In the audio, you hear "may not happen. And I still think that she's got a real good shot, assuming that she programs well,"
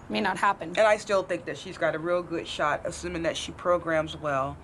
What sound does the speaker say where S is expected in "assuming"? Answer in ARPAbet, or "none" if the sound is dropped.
S